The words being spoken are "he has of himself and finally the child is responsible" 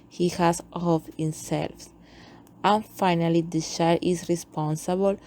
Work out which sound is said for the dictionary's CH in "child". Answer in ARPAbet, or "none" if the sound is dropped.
SH